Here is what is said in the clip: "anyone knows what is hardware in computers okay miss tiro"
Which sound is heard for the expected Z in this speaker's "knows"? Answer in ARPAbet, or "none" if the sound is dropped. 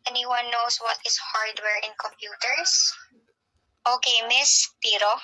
S